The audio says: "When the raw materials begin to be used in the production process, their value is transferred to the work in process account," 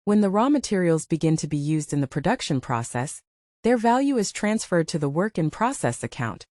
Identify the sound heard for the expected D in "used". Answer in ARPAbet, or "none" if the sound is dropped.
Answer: D